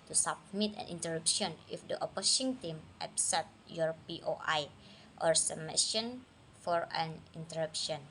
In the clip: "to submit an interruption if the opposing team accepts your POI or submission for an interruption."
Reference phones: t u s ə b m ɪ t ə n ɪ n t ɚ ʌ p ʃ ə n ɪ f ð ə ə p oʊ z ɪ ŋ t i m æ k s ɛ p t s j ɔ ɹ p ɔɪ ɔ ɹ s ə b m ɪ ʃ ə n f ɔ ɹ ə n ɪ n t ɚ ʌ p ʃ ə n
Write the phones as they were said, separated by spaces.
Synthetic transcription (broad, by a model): t u s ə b m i t ə n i n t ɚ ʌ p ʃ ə n ɪ f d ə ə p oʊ s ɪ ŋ t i m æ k s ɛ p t j ɔ ɹ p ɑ ɔ ɹ s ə m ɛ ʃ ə n f ɔ ɹ ə n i n t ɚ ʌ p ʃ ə n